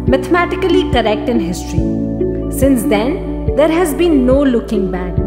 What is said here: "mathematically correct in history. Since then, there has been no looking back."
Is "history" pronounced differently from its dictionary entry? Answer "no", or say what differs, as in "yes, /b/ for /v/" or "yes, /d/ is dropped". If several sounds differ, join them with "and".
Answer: no